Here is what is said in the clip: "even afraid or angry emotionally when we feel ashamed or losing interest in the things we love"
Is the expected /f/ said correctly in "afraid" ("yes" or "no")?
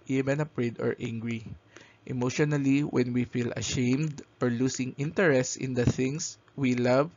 no